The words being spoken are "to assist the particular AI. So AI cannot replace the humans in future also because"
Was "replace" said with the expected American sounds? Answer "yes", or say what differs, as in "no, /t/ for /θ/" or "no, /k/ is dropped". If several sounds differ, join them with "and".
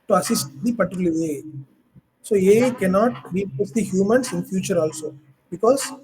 no, /l/ is dropped